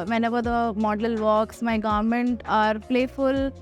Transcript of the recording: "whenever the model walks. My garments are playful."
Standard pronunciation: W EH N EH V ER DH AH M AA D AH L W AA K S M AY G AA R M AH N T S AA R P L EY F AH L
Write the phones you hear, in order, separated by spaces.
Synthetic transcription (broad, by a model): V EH N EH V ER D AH M AA D AH L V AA K S M AY G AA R M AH N T AA R P L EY F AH L